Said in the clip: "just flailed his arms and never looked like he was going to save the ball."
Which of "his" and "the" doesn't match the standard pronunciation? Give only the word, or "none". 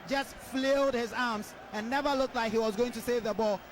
none